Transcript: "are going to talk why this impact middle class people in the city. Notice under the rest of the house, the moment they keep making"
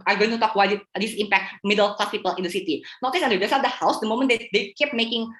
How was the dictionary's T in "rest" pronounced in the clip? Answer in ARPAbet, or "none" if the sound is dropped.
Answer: none